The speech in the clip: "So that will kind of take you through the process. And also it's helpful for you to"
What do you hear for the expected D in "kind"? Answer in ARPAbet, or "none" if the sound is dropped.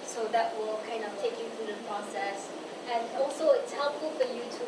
D